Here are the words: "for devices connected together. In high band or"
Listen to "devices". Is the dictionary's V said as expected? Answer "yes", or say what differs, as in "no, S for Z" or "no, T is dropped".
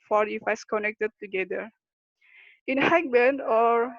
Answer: no, F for V